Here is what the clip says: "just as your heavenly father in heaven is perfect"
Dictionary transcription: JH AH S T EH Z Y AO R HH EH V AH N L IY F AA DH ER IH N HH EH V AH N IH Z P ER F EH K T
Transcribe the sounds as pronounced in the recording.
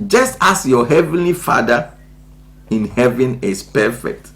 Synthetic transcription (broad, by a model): JH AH S T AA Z Y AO HH EH V AH N L IY F AA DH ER IH N HH EH V AH N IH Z P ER F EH K T